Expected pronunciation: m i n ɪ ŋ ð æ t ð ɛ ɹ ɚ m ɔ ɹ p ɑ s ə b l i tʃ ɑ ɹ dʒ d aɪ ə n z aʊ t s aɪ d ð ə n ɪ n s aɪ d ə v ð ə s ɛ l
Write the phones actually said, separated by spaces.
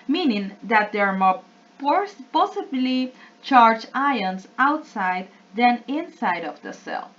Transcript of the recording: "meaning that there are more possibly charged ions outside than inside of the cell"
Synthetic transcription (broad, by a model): m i n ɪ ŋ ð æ t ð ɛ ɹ m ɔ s p ɑ s ə b l i tʃ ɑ ɹ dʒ aɪ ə n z aʊ t s aɪ d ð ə n ɪ n s aɪ d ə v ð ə s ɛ l